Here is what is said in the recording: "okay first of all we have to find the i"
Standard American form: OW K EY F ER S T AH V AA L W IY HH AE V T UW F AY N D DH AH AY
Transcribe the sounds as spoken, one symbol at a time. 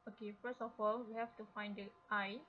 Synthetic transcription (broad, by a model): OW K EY F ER S AH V AA L W IY HH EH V T UW F AY N D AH AY